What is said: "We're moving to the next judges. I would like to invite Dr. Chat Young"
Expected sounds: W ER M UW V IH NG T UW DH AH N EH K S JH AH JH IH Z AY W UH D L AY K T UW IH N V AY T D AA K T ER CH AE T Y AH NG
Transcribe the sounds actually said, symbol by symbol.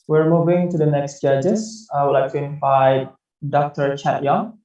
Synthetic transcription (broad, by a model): W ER M UW V IH NG T UW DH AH N EH K S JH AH JH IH S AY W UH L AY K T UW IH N F AY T D AA K T ER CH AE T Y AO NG